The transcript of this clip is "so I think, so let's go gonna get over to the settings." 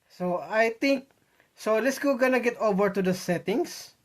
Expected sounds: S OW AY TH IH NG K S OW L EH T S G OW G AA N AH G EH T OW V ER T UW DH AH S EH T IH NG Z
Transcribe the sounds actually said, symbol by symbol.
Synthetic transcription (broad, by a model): S OW AY T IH NG K S OW L EH T S G OW G AA N AH G EH T OW V ER T UW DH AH S EH T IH NG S